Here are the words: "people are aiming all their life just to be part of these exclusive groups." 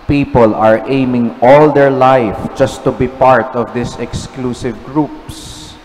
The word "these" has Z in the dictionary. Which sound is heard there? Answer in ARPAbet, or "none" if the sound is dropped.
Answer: S